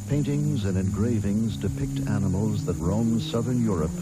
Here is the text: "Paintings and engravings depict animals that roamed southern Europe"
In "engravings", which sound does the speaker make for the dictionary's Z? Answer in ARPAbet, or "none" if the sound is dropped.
Z